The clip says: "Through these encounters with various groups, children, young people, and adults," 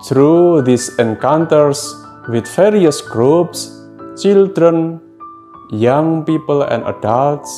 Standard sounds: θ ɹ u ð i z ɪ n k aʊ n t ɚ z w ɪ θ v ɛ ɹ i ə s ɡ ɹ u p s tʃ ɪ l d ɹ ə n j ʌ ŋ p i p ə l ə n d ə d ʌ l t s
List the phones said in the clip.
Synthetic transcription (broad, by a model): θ ɹ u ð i s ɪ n k aʊ n t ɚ s w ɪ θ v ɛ ɹ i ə s ɡ ɹ u p s tʃ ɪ l d ɹ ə n j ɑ ŋ p i p ə l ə n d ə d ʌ l t s